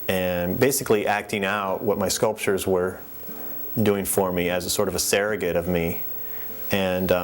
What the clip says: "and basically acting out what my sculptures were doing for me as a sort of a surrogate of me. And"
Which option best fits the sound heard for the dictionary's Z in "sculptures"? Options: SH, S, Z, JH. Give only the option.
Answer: Z